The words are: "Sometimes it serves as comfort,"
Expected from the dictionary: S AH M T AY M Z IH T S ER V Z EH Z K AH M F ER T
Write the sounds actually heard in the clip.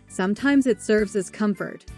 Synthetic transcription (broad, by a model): S AH M T AY M Z IH T S ER V Z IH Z K AH M F ER T